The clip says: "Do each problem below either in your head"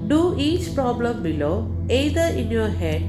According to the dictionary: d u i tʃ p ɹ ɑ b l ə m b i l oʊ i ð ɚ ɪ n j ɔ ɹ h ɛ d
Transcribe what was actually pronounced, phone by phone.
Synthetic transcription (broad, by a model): d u i tʃ p ɹ ɑ b l ə m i l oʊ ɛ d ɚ ɪ n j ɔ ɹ h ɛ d